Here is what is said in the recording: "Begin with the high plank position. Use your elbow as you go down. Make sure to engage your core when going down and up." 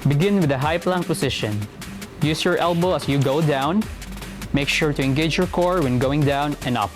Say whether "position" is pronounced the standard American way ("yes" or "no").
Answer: no